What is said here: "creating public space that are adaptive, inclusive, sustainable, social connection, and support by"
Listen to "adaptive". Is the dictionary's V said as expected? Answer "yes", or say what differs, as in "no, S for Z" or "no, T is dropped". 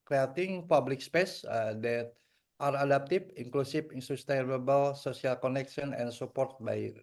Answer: no, F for V